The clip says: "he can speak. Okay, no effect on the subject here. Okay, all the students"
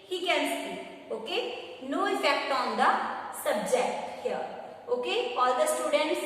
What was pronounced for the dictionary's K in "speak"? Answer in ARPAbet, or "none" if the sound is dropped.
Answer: none